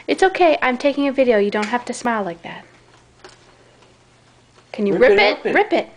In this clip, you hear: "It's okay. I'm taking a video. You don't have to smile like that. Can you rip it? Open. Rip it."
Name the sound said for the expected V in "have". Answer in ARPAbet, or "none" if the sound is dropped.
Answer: F